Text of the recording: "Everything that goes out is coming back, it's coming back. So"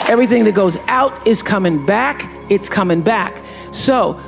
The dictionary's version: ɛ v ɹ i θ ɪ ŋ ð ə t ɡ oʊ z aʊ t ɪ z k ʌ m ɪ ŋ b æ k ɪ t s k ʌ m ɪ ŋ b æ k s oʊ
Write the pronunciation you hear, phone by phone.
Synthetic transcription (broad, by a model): ɛ v ɹ i θ ɪ ŋ ð ə t ɡ oʊ z aʊ t ɪ z k ʌ m ɪ ŋ b æ k ɪ t s k ʌ m ɪ ŋ b æ k s oʊ